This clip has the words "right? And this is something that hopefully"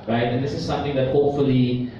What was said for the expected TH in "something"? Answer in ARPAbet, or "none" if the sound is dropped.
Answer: T